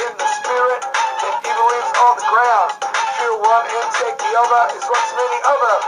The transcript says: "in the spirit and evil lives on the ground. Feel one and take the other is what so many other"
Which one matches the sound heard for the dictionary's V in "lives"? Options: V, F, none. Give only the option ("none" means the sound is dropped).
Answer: none